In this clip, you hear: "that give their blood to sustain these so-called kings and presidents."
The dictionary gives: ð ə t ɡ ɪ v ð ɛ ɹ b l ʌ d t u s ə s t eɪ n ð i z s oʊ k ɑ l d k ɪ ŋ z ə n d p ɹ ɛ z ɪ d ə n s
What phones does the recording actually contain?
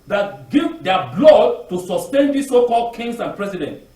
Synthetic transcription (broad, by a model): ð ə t ɡ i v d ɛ b l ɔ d t u s ə s t eɪ n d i s oʊ k ɑ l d k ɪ ŋ s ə n p ɹ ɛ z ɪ d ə n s